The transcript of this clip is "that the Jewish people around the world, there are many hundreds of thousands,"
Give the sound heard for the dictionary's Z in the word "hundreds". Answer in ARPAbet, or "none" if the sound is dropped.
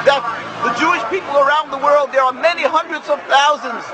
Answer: Z